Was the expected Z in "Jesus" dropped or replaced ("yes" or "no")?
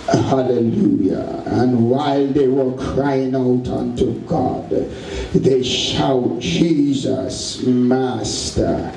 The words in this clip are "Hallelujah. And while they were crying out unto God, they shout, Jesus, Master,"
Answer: no